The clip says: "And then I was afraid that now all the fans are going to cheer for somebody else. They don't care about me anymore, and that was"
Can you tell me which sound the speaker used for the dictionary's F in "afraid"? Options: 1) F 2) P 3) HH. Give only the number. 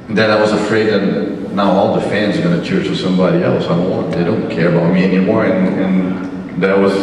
1